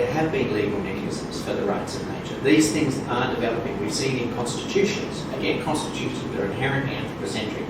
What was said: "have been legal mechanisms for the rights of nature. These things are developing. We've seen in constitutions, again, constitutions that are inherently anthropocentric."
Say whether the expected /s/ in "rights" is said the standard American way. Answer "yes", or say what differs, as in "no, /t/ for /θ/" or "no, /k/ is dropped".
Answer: yes